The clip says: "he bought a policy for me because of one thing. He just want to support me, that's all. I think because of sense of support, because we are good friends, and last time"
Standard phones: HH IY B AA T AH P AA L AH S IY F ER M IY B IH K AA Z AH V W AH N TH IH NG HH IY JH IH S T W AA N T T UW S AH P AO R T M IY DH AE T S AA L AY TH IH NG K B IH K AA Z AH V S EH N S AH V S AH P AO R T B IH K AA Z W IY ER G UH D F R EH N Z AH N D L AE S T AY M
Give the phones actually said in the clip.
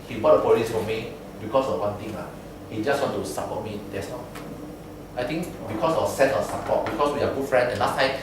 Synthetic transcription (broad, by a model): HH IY B AA T AH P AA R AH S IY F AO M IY B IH K AA S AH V W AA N T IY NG HH IY JH IH S T W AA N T T UW S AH P AO T M IY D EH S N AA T AY T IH NG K B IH K AA S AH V S EH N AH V S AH P AO T B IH K AA S W IY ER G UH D F R EH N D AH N L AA S T AY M